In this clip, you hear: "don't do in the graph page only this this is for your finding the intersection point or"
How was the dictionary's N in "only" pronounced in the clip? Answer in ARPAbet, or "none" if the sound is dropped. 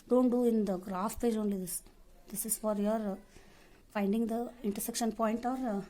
N